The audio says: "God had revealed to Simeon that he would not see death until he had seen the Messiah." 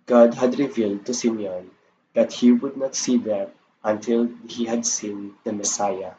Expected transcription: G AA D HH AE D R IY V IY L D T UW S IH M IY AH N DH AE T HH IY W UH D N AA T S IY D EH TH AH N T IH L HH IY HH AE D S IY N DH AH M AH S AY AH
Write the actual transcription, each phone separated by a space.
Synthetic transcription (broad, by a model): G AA D HH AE D R IY V IY L D T UW S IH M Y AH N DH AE T HH IY W UH D N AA T S IY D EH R AH N T IH L HH IY HH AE D S IY N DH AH M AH S AY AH